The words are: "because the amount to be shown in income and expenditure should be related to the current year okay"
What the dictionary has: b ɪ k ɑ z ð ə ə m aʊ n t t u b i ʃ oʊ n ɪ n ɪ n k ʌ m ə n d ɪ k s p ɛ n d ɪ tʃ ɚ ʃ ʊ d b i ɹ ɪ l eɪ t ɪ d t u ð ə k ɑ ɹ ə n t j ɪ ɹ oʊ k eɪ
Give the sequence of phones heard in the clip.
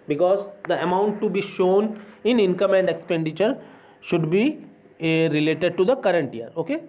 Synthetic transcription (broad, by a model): b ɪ k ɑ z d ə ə m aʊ n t t u b i ʃ oʊ n ɪ n ɪ n k ʌ m ə n d ɪ k s p ɛ n d ɪ tʃ ɚ ʃ ʊ d b i ɹ ɪ l eɪ t ɪ d t u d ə k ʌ ɹ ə n t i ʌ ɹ oʊ k eɪ